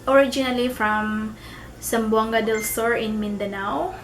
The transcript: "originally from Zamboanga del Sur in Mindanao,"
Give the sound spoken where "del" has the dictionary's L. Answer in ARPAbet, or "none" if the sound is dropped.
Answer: L